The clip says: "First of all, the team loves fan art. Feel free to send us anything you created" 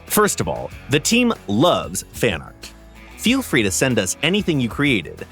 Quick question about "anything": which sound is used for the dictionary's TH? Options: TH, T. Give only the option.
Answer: TH